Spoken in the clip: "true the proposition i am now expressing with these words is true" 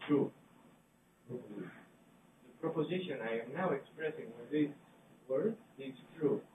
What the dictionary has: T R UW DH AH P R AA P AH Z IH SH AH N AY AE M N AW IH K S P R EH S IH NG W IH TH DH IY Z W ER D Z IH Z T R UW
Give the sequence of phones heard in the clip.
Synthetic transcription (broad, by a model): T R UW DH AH P R AA P AH Z IH SH AH N AY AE M N AW IH K S P R EH S IH NG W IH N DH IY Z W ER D IH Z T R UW